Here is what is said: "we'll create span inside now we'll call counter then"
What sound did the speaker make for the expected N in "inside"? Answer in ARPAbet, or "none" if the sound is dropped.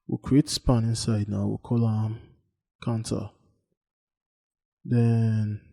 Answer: N